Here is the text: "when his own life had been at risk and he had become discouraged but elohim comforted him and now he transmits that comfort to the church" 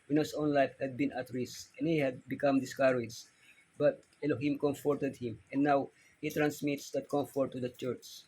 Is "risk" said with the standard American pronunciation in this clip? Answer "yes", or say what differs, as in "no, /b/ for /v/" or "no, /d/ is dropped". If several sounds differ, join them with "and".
no, /k/ is dropped